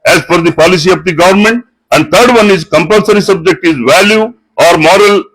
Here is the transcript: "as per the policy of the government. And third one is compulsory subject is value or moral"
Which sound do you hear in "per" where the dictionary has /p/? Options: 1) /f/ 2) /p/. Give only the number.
1